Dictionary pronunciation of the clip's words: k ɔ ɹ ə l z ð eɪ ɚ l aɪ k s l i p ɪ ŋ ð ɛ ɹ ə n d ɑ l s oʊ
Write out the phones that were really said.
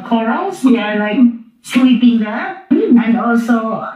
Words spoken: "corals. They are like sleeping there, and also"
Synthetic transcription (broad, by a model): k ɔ ɹ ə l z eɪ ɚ l aɪ k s w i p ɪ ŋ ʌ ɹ ə n d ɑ l s oʊ